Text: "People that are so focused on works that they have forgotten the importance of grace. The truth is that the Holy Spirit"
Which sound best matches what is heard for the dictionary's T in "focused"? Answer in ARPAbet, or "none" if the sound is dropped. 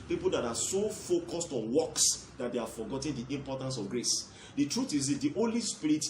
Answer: T